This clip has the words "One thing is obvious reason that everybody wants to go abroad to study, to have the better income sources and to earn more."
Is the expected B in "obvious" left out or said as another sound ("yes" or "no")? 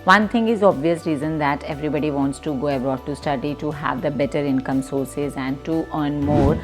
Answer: no